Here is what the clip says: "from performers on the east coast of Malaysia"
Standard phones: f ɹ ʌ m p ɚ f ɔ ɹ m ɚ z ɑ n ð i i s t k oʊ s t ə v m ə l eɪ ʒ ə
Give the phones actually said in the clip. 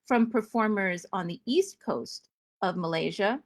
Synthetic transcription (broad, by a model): f ɹ ʌ m p ɚ f ɔ ɹ m ɚ z n ð i i s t k oʊ s t ə v m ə l eɪ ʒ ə